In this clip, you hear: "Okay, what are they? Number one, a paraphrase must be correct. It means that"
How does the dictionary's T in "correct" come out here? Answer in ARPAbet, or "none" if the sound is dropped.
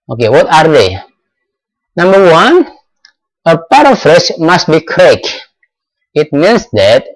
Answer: none